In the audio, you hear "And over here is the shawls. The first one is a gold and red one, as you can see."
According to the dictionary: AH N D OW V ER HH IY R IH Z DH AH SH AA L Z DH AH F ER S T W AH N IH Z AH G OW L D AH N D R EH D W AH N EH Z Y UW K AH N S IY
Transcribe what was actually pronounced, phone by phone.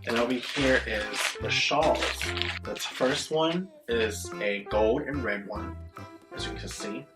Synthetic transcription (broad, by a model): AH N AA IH B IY HH IY R IH Z DH AH SH AA L Z DH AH F ER S T W AH N IH Z AH G OW L D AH N R EH D W AH N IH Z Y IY K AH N S IY